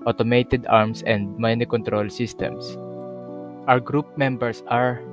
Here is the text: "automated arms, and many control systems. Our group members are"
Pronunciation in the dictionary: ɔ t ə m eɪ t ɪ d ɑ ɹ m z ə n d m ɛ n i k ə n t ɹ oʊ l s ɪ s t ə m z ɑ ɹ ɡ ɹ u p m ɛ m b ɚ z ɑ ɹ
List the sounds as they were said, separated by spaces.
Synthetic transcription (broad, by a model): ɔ t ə m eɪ t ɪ d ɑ ɹ m s ə n d m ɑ n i k ə n t ɹ oʊ l s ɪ s t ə m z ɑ w ɡ ɹ u p m ɛ m b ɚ s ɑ ɹ